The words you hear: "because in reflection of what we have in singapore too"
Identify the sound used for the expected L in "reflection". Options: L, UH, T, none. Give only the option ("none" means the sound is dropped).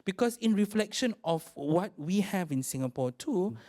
L